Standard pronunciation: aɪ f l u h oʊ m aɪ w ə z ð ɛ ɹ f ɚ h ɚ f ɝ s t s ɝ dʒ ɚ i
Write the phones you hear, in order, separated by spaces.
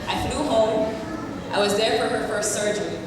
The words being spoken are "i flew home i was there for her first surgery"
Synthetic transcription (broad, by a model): aɪ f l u h oʊ m aɪ w ə z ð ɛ ɹ f ɚ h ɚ f ɝ s t s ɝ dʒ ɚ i